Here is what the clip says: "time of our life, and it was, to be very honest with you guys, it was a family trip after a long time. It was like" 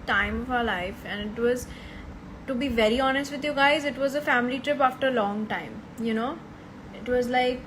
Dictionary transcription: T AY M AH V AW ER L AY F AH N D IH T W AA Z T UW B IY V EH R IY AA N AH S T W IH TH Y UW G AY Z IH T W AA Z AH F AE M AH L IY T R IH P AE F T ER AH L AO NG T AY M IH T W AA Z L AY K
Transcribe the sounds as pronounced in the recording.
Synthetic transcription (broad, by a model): T AY M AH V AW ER L AY F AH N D IH T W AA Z T UW B IY V EH R IY AA N AH S T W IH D Y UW G AY Z IH T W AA Z AH F AE M AH L IY T R IH P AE F T ER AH L AO NG T AY M IH T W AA Z L AY K